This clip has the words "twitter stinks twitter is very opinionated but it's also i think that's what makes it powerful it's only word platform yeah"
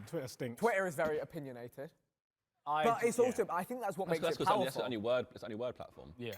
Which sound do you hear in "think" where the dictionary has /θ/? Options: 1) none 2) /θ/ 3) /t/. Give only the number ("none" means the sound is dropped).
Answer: 2